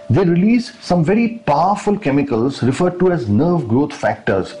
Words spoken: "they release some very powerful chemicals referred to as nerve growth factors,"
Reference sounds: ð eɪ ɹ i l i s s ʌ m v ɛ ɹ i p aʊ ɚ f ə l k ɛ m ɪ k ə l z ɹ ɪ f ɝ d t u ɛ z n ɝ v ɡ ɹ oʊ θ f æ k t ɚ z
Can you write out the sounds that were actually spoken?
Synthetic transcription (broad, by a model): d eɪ ɹ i l i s s ʌ m v ɛ ɹ i p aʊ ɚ f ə l k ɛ m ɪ k ə l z ɹ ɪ f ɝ d t u ɛ z n ɝ v ɡ ɹ oʊ t f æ k t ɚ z